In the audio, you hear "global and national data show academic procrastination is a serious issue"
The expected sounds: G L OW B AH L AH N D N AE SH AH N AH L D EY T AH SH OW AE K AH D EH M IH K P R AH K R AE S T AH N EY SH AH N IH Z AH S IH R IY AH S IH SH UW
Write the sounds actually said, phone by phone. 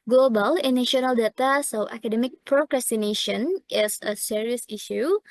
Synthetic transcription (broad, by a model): G L OW B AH L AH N N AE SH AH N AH L D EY T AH S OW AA K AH D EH M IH K P R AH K R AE S T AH N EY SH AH N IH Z AH S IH R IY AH S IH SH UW